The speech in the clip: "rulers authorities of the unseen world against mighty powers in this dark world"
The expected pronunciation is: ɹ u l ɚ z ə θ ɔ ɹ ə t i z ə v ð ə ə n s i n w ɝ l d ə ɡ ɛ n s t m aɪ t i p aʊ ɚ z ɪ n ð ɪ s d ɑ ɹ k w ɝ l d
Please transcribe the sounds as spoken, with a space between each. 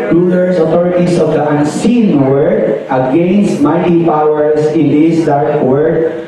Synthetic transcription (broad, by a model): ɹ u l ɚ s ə t ɔ ɹ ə t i s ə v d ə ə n s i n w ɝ d ə ɡ ɛ n s t m aɪ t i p aʊ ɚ s ɪ n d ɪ s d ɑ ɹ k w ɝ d